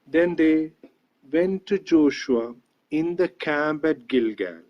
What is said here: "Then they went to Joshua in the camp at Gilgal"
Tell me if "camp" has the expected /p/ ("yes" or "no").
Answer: no